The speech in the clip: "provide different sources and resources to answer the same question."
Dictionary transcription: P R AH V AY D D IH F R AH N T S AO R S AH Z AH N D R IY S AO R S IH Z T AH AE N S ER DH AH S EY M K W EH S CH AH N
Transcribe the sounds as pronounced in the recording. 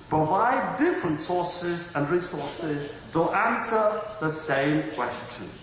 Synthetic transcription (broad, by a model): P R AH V AY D D IH F R AH N T S AO R S AH Z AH N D R IY S AO R S IH Z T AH AE N S ER DH AH S EY M K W EH S CH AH N